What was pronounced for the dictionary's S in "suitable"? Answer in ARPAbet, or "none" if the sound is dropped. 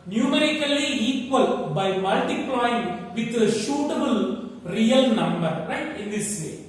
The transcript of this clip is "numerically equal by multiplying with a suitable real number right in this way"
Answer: SH